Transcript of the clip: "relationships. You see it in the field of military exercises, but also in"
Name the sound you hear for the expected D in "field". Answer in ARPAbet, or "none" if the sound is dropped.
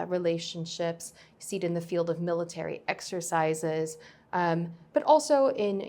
D